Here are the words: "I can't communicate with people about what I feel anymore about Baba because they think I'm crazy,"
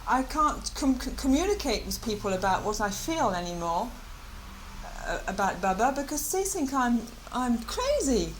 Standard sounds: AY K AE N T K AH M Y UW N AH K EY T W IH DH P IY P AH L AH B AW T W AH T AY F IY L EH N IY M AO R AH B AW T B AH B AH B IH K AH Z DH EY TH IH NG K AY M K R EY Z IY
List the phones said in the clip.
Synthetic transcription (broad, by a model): AY K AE N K K AH M Y UW N AH K EY T W IH DH P IY P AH L AH B AW T W AH T AY F IY L EH N IY M AO R AH B AW T B AH B AH B IH K AH Z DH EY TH IH NG K AY M K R EY Z IY